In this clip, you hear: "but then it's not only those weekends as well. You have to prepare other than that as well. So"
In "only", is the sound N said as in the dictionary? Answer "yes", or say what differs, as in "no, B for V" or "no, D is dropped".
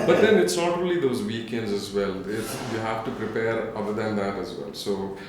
no, N is dropped